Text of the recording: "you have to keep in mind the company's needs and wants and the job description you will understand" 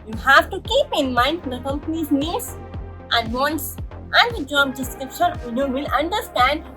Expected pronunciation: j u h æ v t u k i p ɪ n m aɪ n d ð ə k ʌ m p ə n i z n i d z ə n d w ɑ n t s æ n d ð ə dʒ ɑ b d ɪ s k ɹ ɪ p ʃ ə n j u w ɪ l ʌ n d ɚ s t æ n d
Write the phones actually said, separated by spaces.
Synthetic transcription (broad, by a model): j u h æ v t u k i p ɪ n m aɪ n d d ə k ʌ m p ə n i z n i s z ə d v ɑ n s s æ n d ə dʒ ɑ b d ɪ s k ɹ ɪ p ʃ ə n j u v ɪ l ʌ n d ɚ s t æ n d